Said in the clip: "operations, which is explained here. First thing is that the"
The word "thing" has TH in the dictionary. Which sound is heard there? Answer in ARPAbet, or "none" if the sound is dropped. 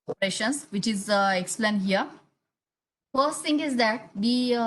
T